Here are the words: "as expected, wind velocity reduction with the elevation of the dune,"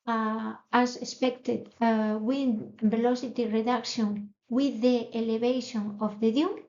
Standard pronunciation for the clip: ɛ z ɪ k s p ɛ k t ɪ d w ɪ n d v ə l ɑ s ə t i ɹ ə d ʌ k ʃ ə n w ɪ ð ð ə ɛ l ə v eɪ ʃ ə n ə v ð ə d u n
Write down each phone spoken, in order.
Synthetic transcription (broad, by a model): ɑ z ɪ s p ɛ k t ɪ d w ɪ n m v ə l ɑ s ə t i ɹ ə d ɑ k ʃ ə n w ɪ ð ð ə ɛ l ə b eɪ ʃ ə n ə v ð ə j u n